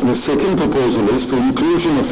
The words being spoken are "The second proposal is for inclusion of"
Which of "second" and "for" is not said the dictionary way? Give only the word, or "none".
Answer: none